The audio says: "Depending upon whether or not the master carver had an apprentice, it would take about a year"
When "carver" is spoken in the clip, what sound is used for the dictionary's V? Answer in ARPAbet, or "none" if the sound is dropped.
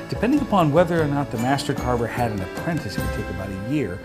B